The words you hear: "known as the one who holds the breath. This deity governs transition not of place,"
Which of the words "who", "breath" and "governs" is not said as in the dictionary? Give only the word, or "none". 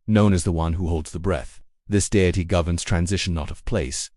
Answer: none